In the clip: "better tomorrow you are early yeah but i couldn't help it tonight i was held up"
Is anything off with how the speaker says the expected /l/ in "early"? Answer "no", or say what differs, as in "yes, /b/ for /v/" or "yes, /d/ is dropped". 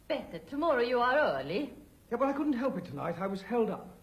no